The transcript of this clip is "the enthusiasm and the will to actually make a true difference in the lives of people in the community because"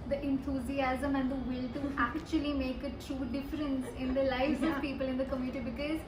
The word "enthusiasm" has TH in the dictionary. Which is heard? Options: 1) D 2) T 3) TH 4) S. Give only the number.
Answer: 2